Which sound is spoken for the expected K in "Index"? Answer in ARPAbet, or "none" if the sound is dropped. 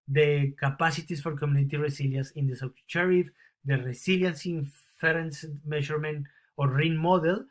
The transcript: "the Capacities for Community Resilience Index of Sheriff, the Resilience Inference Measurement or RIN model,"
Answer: none